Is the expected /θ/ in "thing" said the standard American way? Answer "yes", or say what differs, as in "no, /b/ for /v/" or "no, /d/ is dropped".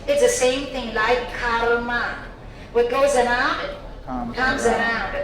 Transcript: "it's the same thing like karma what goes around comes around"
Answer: yes